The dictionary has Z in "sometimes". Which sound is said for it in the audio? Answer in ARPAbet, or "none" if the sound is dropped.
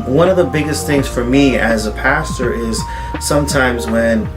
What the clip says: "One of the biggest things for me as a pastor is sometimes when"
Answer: Z